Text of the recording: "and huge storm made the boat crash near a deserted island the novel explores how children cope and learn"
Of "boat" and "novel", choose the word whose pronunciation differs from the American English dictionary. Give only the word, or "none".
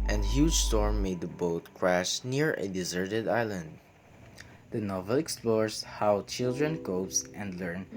none